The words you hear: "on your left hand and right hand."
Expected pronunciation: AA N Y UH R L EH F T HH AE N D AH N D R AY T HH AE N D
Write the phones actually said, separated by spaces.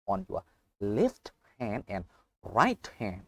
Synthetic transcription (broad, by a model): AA N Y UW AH L EH F T HH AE N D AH N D R AY T HH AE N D